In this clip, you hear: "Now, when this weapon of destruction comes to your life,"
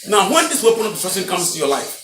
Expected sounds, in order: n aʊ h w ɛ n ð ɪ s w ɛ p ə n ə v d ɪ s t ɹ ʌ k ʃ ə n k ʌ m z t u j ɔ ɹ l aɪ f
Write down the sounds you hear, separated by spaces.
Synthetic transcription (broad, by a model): n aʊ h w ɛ n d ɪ s w ɛ p ə n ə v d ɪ t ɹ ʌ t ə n k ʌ m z t u j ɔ l aɪ f